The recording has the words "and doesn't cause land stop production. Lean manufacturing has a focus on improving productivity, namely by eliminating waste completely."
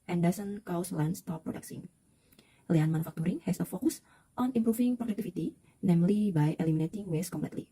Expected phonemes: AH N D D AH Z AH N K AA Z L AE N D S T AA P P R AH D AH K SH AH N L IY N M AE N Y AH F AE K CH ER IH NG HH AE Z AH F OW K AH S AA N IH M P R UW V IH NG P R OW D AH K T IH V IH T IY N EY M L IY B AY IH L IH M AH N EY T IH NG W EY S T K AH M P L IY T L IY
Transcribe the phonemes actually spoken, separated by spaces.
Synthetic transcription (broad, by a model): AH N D D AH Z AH N K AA S L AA N S T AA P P R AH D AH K S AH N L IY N M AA N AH F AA K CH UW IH NG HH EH S AH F OW K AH S AA N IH M P R UW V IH NG P R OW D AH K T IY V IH T IY N EY M L IY B AY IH L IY M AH N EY T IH NG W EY S K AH M P L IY T L IY